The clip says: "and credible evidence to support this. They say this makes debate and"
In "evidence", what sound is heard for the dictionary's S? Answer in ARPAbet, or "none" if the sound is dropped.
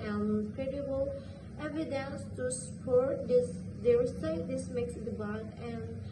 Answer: S